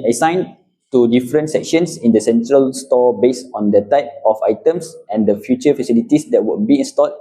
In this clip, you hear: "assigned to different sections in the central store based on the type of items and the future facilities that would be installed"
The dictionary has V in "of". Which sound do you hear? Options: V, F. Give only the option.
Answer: F